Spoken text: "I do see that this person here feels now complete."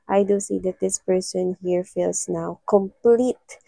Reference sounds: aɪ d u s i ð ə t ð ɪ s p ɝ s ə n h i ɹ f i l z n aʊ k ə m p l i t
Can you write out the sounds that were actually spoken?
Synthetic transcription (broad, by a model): aɪ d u s i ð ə t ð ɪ s p ɝ s ə n h i ɹ f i l s n aʊ k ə m p l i t